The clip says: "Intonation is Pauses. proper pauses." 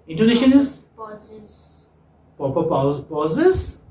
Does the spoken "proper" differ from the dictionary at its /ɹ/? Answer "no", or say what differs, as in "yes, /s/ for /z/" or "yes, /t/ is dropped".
yes, /ɹ/ is dropped